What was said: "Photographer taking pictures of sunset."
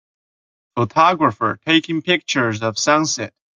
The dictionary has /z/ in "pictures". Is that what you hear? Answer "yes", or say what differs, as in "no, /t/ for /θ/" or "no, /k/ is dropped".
yes